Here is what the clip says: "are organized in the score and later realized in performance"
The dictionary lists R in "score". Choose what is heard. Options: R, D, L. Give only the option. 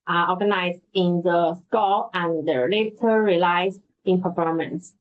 L